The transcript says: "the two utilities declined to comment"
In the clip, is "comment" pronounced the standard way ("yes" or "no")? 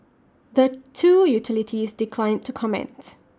yes